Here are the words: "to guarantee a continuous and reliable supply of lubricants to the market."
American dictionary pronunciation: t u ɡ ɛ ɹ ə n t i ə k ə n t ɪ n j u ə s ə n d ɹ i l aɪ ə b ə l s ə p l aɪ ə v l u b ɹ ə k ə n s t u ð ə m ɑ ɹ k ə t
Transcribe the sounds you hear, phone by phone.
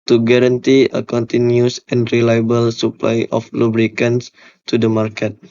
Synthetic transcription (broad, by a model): t u ɡ ɛ ɹ ə n t i ə k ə n t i n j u s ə n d ɹ i l aɪ ə b ə l s ə p l aɪ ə f l u b ɹ ə k ə n s t u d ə m ɑ ɹ k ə t